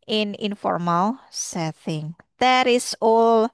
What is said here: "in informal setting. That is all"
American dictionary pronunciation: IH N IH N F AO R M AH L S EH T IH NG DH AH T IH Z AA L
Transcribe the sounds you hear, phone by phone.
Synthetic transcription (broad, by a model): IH N IH N F AO R M AH L S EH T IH NG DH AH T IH S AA L